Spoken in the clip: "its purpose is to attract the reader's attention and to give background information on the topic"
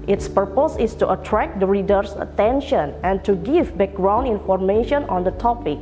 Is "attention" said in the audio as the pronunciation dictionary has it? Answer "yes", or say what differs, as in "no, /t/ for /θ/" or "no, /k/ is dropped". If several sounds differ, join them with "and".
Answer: yes